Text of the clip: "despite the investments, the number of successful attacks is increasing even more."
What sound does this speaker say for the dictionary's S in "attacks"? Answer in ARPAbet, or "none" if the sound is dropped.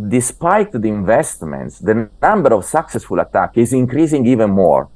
none